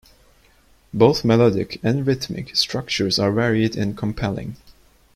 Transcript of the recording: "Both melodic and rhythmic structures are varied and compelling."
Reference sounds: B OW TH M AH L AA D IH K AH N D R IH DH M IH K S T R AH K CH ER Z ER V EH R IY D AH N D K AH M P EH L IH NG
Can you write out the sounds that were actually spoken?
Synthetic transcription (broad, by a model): B OW TH M AH L AA D IH K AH N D R IH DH M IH K S T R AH K CH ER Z ER V EH R IY D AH N K AH M P EH L IH NG